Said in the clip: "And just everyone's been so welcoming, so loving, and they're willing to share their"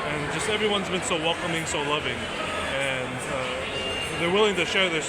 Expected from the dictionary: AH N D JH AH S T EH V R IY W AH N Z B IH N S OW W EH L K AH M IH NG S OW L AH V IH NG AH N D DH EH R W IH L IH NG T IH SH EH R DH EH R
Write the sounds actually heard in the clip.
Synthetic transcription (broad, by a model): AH N JH AH S T EH V R IY W AH N Z B IH N S OW W EH L K AH M IH NG S OW L AH V IH NG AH N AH DH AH R W IH L IH NG T IH SH EH R DH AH R